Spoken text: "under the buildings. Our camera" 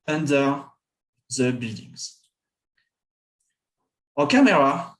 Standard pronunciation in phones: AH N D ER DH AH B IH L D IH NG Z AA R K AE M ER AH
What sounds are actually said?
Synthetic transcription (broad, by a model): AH N D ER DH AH B IH L D IH NG Z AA K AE M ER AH